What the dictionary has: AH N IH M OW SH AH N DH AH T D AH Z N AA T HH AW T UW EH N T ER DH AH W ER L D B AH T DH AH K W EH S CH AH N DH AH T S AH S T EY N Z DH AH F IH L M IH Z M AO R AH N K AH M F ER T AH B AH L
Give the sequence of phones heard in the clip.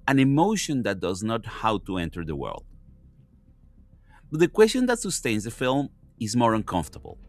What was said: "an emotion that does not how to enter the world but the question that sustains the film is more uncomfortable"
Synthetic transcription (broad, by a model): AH N IH M OW SH AH N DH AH T D AH Z N AA T HH AW T UW EH N T ER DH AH W ER L D B AH T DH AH K W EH S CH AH N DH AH T S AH S T EY N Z DH AH F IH L M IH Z M AO R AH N K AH M F T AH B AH L